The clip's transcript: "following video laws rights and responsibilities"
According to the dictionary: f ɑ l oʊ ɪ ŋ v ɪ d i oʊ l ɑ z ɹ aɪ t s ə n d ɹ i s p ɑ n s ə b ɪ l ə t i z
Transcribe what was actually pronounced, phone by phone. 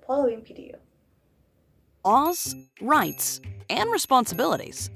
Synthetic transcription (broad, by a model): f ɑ l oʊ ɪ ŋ p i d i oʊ ɑ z ɹ aɪ t s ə n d ɹ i s p ɑ n s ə b ɪ l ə t i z